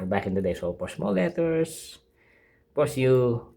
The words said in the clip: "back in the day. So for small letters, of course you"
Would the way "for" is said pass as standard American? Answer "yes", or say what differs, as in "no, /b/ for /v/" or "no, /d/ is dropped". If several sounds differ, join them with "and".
no, /p/ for /f/